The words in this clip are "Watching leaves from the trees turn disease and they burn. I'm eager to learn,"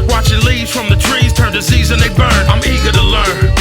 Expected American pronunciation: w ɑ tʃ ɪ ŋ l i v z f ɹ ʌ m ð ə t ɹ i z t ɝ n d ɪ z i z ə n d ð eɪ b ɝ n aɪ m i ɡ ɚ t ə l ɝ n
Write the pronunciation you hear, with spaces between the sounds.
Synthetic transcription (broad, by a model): w ɑ tʃ ɪ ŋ l i v z f ɹ ʌ m ð ə t ɹ i z t ɝ n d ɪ s i z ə n ð eɪ b ɝ n aɪ m i ɡ ɚ t ə l ɝ n